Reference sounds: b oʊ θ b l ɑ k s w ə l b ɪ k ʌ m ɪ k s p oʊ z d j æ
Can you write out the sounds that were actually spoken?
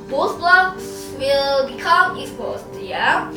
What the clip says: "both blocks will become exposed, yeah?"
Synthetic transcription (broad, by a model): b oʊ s b l ɑ k s w ə l b ɪ k ʌ m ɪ s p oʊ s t j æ